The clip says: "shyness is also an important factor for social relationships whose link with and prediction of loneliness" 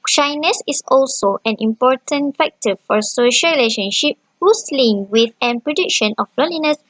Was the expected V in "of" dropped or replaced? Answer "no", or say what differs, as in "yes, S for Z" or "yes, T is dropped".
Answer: yes, B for V